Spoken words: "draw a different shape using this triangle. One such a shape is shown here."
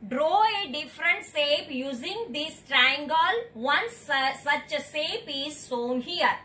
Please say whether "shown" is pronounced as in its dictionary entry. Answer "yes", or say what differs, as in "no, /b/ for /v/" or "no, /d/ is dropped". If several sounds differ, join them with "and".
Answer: no, /s/ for /ʃ/